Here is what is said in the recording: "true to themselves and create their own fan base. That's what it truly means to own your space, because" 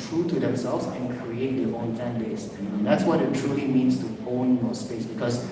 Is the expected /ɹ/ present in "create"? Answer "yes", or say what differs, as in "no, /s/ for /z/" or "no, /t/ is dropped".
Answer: yes